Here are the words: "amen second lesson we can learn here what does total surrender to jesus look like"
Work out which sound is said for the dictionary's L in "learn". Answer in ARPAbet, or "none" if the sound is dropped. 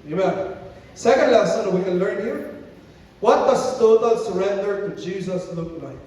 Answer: L